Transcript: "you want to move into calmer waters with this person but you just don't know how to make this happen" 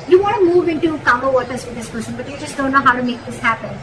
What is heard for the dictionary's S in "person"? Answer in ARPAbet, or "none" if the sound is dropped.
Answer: SH